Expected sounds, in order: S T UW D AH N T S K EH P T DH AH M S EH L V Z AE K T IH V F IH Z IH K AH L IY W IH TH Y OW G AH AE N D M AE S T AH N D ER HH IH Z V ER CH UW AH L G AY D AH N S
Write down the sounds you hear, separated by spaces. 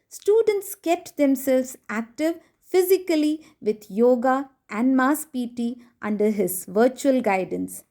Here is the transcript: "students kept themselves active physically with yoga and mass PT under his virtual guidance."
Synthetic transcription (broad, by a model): S T UW D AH N T S K EH P T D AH M S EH L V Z AE K T IH V F IH Z IH K AH L IY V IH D Y OW G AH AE N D M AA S T AH N D ER HH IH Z V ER CH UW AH L G AY D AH N S